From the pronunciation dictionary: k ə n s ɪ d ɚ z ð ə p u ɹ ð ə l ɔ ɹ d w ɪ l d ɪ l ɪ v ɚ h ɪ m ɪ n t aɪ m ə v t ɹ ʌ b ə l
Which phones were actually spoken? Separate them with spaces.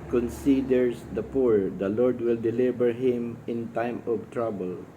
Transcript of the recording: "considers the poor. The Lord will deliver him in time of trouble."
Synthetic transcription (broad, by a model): k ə n s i d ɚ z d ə p u ɹ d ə l ɔ ɹ d w ɪ l d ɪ l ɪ b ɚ h ɪ m ɪ n t aɪ m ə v t ɹ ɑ b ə l